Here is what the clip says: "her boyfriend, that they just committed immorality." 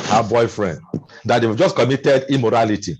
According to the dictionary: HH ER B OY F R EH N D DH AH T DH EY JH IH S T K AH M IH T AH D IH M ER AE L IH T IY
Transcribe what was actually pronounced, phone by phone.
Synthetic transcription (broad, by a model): HH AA B OY F R EH N D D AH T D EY JH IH S K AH M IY T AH D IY M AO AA L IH T IY